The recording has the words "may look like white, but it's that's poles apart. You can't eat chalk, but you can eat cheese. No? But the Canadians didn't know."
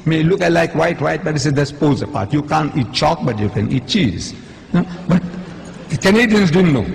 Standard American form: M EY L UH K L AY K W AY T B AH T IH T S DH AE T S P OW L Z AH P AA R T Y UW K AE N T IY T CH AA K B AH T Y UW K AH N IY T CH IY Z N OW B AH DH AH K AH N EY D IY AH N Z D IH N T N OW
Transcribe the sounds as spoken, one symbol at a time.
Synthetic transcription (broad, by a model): M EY L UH K L AY K W AY T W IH T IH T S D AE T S P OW Z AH P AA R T Y UW K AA N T IY T CH AA K B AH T Y UW K AH N IY T CH IY Z N OW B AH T K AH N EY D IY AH N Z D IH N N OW